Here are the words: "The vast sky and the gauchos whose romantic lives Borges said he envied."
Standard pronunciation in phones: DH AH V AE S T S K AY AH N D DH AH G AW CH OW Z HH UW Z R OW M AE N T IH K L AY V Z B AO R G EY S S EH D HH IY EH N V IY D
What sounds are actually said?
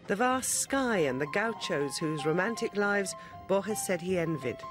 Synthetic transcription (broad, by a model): DH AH V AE S T S K AY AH N DH AH G AW CH OW Z HH UW Z R OW M AE N T IH K L AY V Z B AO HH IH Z S EH D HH IY EH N V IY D